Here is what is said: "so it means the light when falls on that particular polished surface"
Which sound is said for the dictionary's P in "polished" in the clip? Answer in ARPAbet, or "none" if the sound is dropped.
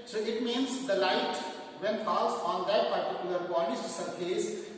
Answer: B